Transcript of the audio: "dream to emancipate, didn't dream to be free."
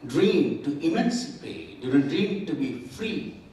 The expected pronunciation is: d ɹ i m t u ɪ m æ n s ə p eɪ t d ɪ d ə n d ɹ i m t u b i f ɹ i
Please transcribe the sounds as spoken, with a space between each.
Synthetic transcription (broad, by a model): d ɹ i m t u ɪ m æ n s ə p eɪ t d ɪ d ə l d ɹ i m t u b i f ɹ i